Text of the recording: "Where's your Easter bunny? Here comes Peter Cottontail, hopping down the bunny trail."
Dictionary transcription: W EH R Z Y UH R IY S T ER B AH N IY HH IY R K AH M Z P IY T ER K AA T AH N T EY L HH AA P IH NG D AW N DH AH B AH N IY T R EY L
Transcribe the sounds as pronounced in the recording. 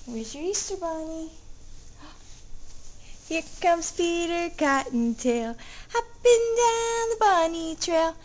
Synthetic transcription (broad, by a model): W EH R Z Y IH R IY S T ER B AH N IY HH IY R K AH M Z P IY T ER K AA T N T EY L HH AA B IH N D AW N DH AH B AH N IY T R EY L